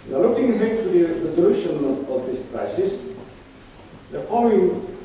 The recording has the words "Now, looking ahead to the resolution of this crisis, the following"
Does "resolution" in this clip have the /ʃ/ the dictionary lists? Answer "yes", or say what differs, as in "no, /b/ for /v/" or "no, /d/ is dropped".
yes